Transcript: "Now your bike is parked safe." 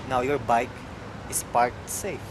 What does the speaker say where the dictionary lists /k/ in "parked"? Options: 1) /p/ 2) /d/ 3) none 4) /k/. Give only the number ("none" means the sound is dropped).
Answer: 3